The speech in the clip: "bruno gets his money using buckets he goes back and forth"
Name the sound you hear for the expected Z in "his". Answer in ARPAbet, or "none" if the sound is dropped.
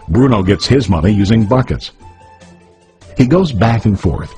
Z